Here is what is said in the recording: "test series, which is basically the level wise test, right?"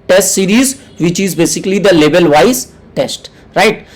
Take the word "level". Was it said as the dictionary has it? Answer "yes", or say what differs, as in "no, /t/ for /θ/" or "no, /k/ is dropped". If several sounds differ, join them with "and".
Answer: no, /b/ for /v/